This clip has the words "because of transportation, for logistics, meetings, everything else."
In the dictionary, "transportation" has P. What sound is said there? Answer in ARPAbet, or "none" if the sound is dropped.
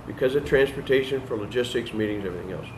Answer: P